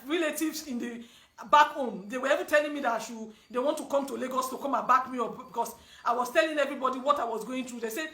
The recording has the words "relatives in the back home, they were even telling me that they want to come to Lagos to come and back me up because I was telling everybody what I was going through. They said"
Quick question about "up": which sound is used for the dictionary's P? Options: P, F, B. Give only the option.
B